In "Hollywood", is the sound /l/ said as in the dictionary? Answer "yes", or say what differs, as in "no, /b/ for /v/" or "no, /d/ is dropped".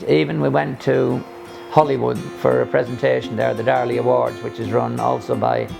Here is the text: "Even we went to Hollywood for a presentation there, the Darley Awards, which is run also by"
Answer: yes